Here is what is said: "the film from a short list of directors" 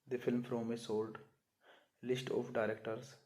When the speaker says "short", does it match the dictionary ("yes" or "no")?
no